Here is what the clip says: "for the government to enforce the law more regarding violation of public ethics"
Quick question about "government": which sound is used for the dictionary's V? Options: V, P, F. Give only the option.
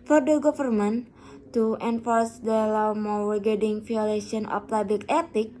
F